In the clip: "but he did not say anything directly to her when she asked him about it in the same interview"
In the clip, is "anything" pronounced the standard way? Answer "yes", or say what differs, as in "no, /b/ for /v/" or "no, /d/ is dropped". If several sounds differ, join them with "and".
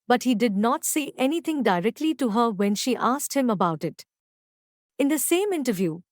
no, /t/ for /θ/